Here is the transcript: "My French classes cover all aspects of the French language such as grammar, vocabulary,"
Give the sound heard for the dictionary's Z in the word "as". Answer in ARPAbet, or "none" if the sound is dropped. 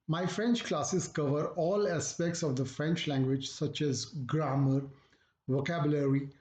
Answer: Z